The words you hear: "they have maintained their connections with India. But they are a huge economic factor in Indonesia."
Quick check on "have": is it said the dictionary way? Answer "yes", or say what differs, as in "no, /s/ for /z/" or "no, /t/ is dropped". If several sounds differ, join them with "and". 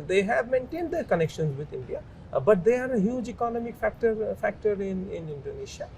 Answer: yes